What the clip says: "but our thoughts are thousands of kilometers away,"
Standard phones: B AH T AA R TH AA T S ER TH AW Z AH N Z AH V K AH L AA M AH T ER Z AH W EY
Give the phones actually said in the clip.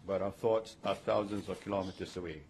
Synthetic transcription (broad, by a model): B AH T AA TH AA T S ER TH AW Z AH N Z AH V K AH L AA M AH T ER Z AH W EY